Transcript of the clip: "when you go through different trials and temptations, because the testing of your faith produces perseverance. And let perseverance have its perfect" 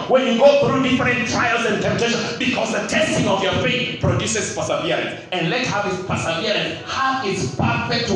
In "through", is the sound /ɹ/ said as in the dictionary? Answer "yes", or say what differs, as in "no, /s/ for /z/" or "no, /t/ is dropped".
yes